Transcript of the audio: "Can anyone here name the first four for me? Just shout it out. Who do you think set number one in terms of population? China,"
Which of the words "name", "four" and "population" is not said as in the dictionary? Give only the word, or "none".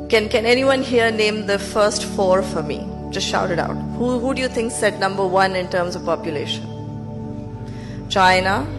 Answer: none